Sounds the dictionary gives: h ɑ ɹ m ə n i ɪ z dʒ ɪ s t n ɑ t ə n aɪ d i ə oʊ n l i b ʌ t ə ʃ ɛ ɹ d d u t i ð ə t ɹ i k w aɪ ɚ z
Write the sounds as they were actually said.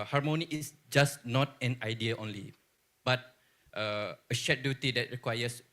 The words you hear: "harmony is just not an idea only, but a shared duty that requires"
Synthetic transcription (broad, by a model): h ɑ ɹ m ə n i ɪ s dʒ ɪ s n ɑ t ə n aɪ d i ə oʊ n l i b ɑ t ə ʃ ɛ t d d u t i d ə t ɹ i k w aɪ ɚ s